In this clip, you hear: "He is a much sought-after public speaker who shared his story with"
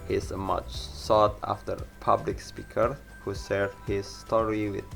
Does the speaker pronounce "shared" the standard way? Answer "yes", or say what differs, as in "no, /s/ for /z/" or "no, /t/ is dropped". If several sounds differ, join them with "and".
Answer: no, /s/ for /ʃ/